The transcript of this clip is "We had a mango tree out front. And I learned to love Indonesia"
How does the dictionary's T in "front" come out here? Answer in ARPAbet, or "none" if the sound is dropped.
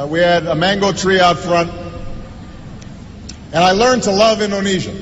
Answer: T